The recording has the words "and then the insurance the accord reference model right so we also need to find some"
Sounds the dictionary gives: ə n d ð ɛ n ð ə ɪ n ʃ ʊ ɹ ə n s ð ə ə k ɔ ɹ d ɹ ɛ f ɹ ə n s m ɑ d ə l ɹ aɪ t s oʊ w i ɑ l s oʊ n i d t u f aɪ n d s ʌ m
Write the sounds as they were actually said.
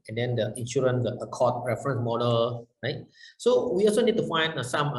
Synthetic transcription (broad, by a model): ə n d ɛ n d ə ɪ n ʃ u ɹ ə n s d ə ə k ɔ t ɹ ɛ f ɹ ə n s m ɑ d ə l ɹ aɪ t s oʊ w i ɑ l s oʊ n i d t u f aɪ n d s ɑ m